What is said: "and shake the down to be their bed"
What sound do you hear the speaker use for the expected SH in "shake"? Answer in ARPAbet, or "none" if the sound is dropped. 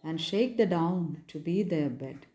SH